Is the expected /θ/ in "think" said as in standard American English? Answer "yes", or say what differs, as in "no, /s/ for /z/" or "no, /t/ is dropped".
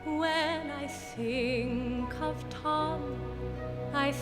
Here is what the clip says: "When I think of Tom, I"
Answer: no, /s/ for /θ/